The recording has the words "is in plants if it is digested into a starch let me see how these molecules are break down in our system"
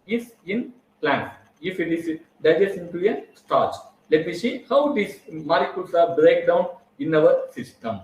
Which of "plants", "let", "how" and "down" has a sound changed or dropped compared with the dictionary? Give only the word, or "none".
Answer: none